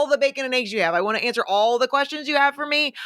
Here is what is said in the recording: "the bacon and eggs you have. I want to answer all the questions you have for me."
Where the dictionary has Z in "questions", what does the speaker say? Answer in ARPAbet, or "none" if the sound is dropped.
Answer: Z